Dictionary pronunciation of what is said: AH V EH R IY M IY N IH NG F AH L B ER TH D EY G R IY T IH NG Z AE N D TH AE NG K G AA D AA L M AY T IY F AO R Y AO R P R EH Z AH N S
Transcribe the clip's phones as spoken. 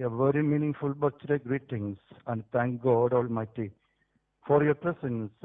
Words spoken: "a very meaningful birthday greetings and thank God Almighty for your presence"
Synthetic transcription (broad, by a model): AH V EH R IY M IY N IH NG F AH L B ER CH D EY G R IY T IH NG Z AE N D T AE NG K G AA D AA L M AY T IY F AO R Y AO R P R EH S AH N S